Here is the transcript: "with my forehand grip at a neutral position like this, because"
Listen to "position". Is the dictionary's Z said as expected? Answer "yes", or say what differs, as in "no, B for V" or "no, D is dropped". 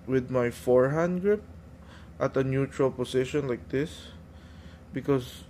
no, S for Z